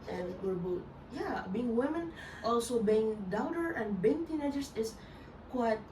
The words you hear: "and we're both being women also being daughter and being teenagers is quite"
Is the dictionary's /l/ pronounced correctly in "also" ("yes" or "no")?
yes